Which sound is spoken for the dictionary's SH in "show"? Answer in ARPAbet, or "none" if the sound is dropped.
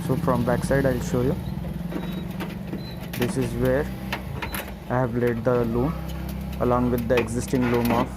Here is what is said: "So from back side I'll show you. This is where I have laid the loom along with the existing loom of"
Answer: SH